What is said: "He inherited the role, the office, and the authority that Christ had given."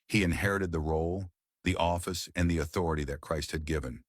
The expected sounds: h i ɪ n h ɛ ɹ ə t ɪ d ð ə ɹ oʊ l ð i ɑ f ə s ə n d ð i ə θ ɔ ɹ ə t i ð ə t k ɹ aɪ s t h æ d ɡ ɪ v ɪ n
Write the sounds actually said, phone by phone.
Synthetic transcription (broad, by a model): h i ɪ n h ɛ ɹ ə t ɪ d ð ə ɹ oʊ l ð i ɑ f ə s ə n ð i ə θ ɔ ɹ ə t i ð ə t k ɹ aɪ s t h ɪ d ɡ ɪ v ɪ n